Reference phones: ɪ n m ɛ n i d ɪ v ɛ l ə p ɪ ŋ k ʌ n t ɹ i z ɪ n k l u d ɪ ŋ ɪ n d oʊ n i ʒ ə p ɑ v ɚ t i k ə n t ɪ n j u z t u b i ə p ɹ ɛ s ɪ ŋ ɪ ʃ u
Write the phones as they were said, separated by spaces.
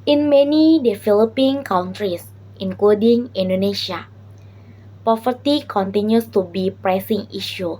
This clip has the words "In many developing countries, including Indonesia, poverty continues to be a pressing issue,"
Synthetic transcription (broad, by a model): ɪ n m ɛ n i d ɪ f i l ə p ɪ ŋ k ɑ n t ɹ i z ɪ n k l u d ɪ ŋ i n d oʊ n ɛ ʃ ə p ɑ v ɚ t i k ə n t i n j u s t u b i p ɹ ɛ s ɪ ŋ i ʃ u